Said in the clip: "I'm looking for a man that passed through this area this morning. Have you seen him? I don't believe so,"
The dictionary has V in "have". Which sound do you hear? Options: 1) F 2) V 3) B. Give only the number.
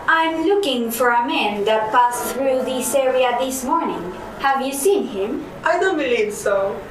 2